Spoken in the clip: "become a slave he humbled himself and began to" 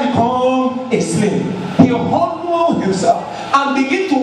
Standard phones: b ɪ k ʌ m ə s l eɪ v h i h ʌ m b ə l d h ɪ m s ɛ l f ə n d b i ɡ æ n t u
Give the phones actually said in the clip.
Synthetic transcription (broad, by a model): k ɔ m ə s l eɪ p h i h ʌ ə n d h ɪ m s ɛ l f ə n b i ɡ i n t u